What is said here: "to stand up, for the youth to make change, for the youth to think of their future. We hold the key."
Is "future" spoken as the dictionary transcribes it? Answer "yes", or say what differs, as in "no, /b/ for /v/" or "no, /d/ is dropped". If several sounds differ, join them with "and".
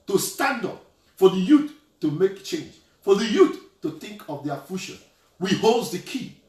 no, /ʃ/ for /tʃ/